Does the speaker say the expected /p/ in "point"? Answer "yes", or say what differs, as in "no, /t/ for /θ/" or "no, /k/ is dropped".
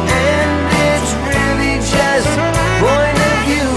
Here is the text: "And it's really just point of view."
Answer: no, /b/ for /p/